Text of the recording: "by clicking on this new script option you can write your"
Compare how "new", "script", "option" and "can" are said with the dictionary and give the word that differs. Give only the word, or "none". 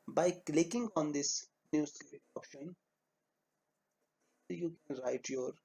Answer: script